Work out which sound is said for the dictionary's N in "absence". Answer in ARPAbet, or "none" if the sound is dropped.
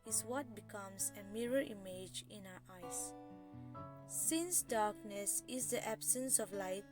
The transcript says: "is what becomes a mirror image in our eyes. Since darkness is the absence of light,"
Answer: N